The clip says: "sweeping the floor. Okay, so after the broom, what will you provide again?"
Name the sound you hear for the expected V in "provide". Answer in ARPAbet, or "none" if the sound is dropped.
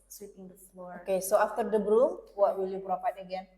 P